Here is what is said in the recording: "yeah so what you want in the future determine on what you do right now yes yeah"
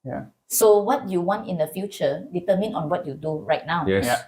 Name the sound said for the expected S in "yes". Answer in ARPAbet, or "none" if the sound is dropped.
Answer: none